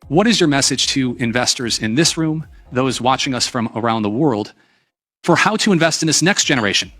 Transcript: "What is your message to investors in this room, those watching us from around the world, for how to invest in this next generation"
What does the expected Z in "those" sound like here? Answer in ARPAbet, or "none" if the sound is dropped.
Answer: Z